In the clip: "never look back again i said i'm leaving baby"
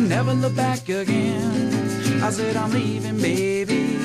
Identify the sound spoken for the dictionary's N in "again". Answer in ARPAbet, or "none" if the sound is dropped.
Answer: N